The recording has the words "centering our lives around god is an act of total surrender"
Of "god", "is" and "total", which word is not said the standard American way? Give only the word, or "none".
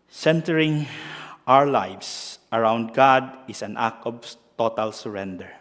is